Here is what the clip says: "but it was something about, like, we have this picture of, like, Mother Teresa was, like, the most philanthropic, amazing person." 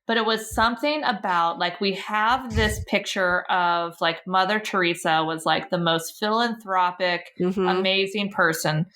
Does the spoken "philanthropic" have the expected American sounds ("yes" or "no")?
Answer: yes